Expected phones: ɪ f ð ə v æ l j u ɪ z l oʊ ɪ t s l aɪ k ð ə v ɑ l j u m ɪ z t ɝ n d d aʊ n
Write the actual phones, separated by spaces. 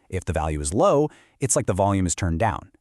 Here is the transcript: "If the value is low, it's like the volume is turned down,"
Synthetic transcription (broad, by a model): ɪ f ð ə v æ l j u ɪ z l oʊ ɪ t s l aɪ k ð ə v ɑ l j u m ɪ z t ɝ n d d aʊ n